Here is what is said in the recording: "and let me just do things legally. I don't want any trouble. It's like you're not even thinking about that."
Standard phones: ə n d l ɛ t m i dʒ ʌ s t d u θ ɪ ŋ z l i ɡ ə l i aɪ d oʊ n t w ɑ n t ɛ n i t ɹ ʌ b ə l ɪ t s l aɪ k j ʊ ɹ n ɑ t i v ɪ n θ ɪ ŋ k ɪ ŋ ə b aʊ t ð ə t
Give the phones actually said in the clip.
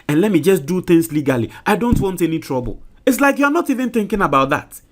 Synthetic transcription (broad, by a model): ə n l ɛ t m i dʒ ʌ s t d u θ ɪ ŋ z l i ɡ ə l i aɪ d oʊ n t w ɑ n t ɛ n i t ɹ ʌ b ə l ɪ t s l aɪ k j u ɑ n ɑ t i v ɪ n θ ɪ ŋ k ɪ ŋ ə b aʊ t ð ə t